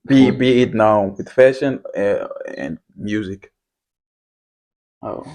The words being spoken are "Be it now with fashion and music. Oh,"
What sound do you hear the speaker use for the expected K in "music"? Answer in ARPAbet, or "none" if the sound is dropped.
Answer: K